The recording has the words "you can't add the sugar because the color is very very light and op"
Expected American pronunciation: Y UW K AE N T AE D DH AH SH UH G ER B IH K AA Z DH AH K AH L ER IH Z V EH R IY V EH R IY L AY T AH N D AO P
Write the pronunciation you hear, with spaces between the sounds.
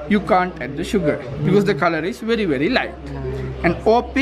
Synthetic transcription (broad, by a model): Y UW K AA N T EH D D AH SH UH G ER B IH K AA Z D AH K AH L ER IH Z V EH R IY V EH R IY L AY T AH N D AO P